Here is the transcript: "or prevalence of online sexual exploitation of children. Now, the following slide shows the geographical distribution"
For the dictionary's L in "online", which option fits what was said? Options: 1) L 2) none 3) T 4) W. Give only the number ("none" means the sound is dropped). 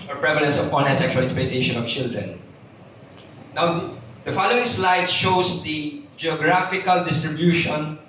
2